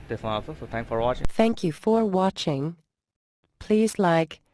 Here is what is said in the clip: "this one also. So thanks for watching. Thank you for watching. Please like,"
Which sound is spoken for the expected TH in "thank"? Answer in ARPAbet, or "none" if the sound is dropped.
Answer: TH